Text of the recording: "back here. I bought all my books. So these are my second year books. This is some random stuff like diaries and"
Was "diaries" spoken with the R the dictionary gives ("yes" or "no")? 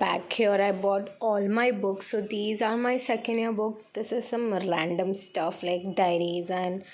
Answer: yes